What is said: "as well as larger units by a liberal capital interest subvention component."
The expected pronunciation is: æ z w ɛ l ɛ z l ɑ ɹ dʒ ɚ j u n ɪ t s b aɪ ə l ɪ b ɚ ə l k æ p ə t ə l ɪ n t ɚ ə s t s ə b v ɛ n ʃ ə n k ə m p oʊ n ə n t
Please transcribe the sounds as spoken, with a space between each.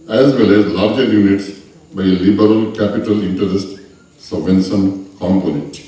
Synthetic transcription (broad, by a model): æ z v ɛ l ɛ z l ɑ ɹ dʒ ɚ j u n ɪ t s b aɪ ə l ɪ b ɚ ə l k æ p ə t ə l ɪ n t ɚ ə s t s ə v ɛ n s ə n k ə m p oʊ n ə